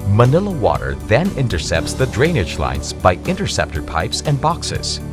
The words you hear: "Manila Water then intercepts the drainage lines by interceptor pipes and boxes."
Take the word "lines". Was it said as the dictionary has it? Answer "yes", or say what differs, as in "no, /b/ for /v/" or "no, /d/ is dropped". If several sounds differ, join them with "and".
yes